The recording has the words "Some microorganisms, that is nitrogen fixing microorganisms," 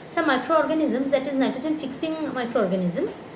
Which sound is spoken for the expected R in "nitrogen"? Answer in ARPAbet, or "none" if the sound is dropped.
none